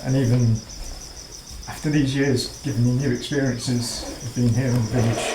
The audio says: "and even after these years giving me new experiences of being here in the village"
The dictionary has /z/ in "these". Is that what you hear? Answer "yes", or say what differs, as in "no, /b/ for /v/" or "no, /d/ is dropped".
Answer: yes